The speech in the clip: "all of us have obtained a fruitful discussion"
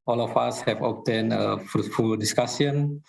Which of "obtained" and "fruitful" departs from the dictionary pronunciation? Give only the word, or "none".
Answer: obtained